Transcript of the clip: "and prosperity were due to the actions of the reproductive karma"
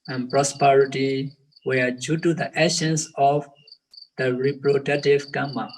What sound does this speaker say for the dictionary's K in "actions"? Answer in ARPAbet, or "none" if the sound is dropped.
none